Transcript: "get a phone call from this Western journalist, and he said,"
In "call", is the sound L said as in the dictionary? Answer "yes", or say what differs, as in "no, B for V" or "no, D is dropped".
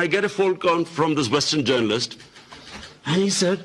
no, N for L